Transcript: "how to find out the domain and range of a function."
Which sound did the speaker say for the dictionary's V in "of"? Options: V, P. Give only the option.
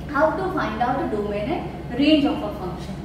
P